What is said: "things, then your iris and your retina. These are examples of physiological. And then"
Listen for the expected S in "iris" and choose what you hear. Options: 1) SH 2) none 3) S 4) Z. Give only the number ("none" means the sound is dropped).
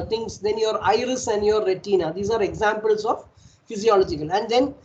3